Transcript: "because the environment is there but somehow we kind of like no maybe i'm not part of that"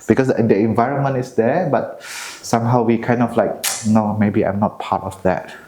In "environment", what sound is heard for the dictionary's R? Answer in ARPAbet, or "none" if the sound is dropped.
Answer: R